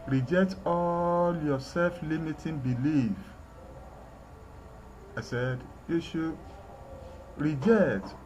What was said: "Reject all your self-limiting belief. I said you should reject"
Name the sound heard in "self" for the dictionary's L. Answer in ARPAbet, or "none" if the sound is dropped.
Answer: L